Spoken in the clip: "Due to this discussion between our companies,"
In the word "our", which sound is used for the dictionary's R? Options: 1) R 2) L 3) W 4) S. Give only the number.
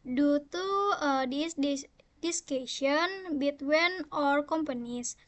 1